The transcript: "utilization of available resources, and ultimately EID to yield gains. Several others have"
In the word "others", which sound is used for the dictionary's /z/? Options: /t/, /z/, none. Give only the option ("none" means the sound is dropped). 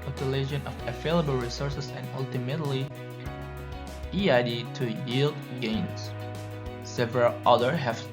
none